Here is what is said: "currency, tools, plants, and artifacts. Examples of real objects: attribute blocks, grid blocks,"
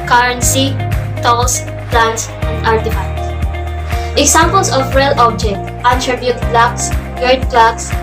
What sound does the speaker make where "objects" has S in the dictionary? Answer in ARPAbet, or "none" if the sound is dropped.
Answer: none